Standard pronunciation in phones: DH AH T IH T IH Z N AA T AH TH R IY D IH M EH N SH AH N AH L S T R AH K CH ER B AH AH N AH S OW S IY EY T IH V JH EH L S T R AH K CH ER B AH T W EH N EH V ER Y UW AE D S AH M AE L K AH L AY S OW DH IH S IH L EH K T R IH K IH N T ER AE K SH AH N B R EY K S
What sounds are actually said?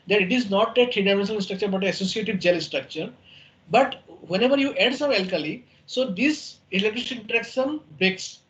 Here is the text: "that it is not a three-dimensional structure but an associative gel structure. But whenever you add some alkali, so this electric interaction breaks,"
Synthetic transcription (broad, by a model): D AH T IH T IH Z N AA T AH T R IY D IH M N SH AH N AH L S T R AH K CH ER B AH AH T AH S OW S IY EY T IH V JH EH L S T R AH K CH ER B AH T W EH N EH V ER Y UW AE D S AH M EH L K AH L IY S OW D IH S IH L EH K T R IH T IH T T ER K S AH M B R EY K S